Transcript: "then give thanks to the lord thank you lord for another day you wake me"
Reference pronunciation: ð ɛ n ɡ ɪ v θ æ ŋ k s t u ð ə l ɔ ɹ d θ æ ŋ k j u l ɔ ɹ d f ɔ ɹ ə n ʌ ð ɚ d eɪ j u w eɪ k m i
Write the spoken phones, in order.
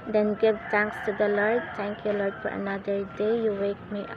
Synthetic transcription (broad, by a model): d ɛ n ɡ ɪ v t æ ŋ k s t u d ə l ɔ ɹ d t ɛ ŋ k j u l ɔ ɹ d f ɔ ɹ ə n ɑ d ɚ d eɪ j u w eɪ k m i